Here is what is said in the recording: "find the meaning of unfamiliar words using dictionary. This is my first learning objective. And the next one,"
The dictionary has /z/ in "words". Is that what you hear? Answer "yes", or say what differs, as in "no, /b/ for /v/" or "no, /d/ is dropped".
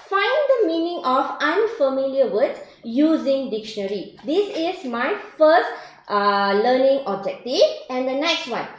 no, /z/ is dropped